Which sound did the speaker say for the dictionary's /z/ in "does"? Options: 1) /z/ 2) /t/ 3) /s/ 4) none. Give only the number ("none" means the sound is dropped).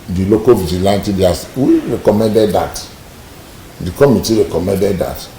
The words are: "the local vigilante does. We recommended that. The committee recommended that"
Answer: 3